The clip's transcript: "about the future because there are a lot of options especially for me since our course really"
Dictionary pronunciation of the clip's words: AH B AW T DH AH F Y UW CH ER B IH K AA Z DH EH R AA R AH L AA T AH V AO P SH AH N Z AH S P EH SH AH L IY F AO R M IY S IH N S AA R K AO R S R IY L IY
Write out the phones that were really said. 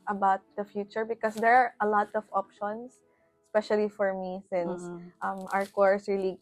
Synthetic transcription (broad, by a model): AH B AW T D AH F Y UW CH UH B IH K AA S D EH R AA R AH L AA T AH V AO P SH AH N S S P EH SH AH L IY F AO R M IY S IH N S AA R K AO R S R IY L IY